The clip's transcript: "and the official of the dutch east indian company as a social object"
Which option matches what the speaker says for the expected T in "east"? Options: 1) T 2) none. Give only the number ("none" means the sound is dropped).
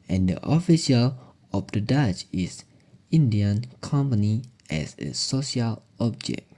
2